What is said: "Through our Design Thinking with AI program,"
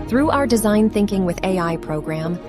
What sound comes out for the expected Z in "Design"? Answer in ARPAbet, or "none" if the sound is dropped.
Z